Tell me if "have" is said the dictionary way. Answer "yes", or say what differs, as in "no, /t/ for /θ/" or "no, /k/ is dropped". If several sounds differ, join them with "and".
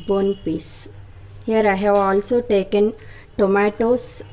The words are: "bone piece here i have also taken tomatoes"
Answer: no, /w/ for /v/